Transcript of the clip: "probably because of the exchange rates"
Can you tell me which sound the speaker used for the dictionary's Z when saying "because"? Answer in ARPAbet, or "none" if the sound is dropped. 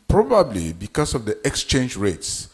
S